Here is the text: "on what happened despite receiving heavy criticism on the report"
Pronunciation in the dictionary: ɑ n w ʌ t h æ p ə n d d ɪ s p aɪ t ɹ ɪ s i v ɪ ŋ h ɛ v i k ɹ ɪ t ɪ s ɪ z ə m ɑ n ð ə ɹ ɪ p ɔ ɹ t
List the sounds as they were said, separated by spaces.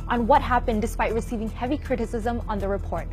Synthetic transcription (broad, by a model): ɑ n w ʌ t h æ p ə n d d ɪ s p aɪ t ɹ ɪ s i v ɪ ŋ h ɛ v i k ɹ ɪ t ɪ s ɪ z ə m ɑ n ð ə ɹ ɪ p ɔ ɹ t